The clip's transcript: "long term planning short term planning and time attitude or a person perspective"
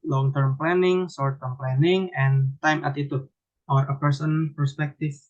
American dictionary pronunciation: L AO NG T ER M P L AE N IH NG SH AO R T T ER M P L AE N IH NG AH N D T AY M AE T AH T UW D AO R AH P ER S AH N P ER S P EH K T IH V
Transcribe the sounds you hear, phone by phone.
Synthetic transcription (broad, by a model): L AO NG T ER M P L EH N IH NG S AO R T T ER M P L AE N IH NG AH N T AY M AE T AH T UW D AO R AH P ER S AH N P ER S P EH K T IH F